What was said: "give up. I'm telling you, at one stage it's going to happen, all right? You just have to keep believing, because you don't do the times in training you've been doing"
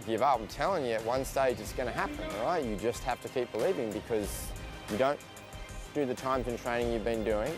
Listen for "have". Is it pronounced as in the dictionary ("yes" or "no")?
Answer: no